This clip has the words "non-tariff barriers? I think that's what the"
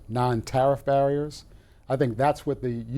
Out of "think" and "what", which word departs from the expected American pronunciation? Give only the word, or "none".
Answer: none